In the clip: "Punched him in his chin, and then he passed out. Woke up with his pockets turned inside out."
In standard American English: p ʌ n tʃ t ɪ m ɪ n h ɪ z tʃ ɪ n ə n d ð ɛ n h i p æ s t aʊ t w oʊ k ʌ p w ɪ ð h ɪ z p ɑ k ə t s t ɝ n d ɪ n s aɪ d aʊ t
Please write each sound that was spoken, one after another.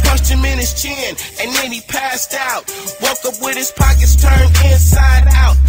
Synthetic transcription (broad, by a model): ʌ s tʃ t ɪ m ɪ n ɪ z tʃ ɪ n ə n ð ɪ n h i p æ s t aʊ t w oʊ k ʌ p w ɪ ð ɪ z p ɑ k ə t s t ɝ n ɪ n s aɪ d aʊ t